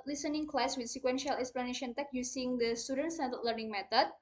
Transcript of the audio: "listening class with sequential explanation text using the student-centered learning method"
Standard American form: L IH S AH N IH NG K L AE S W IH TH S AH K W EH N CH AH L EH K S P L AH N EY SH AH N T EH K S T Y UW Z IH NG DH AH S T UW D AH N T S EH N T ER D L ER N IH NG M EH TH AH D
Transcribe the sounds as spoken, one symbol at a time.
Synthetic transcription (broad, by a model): L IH S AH N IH NG K L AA S W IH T S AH K W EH N SH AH L EH K S P L AH N EY SH AH N T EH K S Y UW S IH NG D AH S T UW D AH N T S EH T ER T L ER N IH NG M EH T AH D